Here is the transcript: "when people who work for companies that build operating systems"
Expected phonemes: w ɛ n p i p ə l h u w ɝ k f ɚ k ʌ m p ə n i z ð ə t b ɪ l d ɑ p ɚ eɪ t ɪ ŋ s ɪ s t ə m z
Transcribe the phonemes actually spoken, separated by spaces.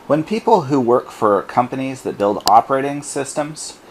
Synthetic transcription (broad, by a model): w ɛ n p i p l h u w ɝ k f ɚ k ʌ m p ə n i z ð ə t b ɪ l d ɑ p ɚ eɪ t ɪ ŋ s ɪ s t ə m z